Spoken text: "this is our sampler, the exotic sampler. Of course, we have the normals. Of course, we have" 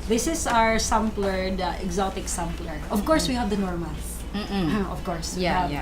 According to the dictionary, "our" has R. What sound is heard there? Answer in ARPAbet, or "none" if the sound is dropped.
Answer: R